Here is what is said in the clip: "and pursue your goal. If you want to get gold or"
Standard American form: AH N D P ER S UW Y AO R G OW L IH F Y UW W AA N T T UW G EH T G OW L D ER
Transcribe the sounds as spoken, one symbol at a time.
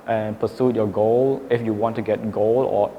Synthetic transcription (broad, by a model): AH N P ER S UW Y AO G OW L IH F Y UW W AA N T T UW G EH T G OW L ER